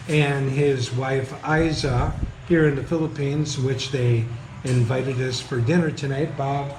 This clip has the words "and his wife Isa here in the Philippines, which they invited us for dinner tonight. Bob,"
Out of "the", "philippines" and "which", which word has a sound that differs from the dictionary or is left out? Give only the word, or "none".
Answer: none